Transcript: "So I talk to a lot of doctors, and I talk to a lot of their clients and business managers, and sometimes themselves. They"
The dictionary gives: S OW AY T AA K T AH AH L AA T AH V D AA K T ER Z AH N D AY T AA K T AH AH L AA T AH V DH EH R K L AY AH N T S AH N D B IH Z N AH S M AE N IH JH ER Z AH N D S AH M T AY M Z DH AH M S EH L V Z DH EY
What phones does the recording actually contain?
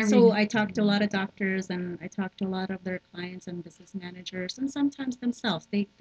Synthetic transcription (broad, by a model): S OW AY T AA K T AH AH L AA T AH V D AA K T ER Z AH N AY T AA K T AH AH L AA T AH V DH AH R K L AY AH N T S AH N B IH Z N AH S M AE N IH JH ER Z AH N S AH M T AY M Z DH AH M S EH L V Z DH EY